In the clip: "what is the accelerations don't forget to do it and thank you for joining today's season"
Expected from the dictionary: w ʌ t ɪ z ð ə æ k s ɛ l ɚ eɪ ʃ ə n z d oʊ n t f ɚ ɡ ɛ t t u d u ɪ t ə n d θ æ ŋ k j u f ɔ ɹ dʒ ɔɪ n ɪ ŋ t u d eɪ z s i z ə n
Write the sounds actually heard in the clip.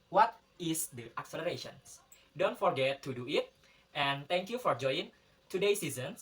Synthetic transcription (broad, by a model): w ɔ t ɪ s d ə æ k s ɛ l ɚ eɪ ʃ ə n s d oʊ n t f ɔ ɡ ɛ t t u d u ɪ t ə n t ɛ ŋ k j u f ɔ ɹ dʒ ɔɪ ɪ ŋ t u d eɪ s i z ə n